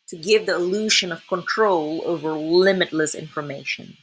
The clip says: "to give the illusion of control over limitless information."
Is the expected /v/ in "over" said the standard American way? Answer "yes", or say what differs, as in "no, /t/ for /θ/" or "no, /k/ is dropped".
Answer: yes